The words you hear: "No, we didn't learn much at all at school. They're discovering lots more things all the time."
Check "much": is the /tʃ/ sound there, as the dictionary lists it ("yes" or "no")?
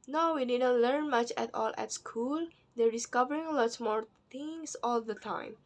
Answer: yes